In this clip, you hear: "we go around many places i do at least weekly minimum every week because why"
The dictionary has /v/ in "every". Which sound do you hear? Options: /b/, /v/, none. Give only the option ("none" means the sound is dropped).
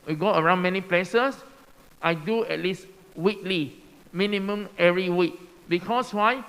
none